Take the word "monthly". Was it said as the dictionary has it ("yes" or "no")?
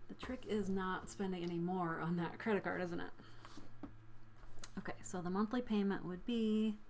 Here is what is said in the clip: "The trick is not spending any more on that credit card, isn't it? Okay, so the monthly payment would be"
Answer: yes